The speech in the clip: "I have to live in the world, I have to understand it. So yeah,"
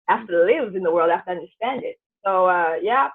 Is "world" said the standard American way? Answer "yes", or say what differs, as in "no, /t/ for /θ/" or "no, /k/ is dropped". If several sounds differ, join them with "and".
yes